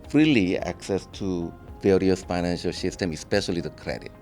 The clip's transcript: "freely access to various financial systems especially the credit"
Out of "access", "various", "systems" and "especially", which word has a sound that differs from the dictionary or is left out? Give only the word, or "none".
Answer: systems